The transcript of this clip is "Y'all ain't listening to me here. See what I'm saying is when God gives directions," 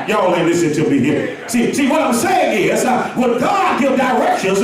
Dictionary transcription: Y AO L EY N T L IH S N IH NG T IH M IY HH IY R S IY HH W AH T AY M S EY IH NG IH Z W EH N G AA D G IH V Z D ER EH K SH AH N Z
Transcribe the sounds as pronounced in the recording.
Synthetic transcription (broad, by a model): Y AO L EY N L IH S IH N T IH M IY HH IY R S IY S W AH T AY M S EY IH NG IH Z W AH G AA D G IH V D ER EH K SH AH N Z